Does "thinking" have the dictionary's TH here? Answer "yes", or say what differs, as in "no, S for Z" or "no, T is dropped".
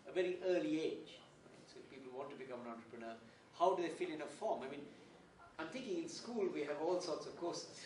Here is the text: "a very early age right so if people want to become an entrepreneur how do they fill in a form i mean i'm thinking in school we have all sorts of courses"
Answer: no, T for TH